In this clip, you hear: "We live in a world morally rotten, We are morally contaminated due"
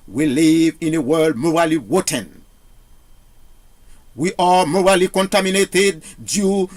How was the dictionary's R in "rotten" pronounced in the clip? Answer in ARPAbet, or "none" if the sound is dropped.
W